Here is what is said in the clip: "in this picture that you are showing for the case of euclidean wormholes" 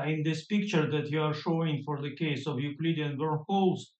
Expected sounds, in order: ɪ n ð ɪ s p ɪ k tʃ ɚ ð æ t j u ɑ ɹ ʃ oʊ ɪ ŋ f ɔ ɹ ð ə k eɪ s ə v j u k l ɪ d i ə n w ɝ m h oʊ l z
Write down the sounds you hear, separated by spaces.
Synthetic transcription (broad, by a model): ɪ n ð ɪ s p ɪ k tʃ ɚ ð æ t j u ɑ ɹ ʃ oʊ ɪ ŋ f ɔ ɹ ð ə k eɪ s ə v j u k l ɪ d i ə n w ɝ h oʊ l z